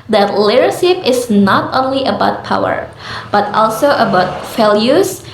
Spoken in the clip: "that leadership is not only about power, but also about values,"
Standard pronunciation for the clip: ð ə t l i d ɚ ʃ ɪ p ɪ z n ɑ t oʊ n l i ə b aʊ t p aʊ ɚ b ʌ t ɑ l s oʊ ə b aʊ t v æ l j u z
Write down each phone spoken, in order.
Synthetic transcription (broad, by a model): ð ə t l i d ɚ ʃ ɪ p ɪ s n ɑ t oʊ n l i ə b aʊ t p aʊ ɚ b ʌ t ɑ l s oʊ ə b aʊ t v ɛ l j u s